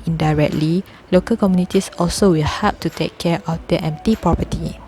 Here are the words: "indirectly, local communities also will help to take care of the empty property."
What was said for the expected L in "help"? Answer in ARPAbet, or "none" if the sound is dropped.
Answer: none